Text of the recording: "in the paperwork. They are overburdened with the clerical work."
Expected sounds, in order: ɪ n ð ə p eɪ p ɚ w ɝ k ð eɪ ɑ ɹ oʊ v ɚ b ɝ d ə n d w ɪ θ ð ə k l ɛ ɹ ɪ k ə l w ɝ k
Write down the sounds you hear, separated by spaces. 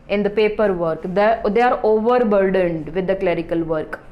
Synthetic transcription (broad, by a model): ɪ n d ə p eɪ p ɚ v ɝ k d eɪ ɑ ɹ oʊ v ɚ b ɝ d ə n d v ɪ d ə k l ɛ ɹ ɪ k ə l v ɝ k